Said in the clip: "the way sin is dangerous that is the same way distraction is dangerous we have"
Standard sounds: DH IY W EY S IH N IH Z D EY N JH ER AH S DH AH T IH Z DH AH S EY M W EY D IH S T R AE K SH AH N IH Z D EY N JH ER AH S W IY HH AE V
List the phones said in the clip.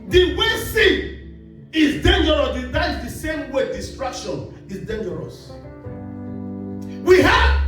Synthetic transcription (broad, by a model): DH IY W EY S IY IH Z D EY N JH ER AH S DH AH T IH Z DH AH S EY M W EY D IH S T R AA K SH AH N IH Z D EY N JH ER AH S W IY HH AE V